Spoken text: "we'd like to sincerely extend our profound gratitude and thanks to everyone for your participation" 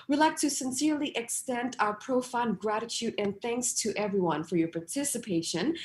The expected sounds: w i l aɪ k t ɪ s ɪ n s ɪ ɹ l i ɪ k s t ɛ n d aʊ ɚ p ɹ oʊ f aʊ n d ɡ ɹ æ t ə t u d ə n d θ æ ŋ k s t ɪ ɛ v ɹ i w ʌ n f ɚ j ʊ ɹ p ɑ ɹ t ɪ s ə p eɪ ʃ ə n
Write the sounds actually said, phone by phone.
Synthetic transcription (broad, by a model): w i l aɪ k t ɪ s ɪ n s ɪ ɹ l i ɪ k s t ɛ n d aʊ ɚ p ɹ oʊ f aʊ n ɡ ɹ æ t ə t u d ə n θ æ ŋ k s t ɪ ɛ v ɹ i w ʌ n f ɚ j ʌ ɹ p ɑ ɹ t ɪ s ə p eɪ ʃ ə n